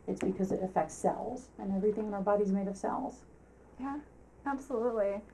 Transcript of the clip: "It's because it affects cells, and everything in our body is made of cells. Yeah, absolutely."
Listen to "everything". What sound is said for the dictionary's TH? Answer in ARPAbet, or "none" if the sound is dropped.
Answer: TH